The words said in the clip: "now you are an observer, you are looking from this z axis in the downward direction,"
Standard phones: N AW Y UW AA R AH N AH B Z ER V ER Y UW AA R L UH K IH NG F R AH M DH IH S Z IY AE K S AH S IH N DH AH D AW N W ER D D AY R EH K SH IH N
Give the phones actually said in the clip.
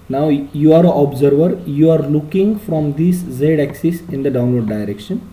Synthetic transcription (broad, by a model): N AW Y UW AA R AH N AH B Z ER V ER Y UW AA R L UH K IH NG F R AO M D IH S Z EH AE K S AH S IH N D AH D AW N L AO D D AY R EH K SH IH N